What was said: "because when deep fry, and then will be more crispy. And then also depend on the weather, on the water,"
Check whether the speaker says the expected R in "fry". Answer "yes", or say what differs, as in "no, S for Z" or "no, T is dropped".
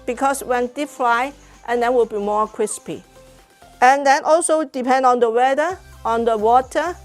no, L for R